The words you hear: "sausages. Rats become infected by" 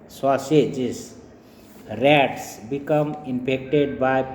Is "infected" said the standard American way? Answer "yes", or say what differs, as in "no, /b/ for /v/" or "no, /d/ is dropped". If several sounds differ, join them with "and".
no, /p/ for /f/